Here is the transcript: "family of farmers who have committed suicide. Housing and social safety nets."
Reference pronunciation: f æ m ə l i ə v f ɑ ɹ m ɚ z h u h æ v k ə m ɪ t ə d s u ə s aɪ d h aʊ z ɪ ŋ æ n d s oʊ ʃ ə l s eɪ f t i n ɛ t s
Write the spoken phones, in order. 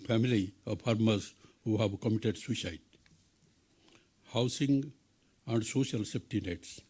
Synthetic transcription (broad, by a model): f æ m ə l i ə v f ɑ ɹ m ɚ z h u h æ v k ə m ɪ t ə d s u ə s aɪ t h aʊ s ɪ ŋ æ n d s oʊ ʃ ə l s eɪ p t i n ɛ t s